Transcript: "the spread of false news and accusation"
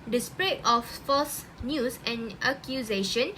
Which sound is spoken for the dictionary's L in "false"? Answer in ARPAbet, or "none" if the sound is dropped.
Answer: none